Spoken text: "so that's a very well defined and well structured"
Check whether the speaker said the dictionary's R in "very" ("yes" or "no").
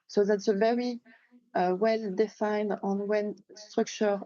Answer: yes